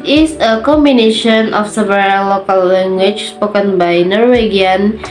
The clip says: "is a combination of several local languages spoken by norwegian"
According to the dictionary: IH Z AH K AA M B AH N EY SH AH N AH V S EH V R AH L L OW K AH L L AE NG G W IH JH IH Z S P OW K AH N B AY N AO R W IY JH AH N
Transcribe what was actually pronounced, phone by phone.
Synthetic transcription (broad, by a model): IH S AH K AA M B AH N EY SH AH N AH F S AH B R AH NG L OW K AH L L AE NG G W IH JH S P OW K AH N B AY N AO R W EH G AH N